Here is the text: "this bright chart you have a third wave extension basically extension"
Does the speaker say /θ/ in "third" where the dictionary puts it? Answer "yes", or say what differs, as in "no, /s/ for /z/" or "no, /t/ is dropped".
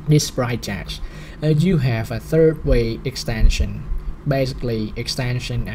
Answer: yes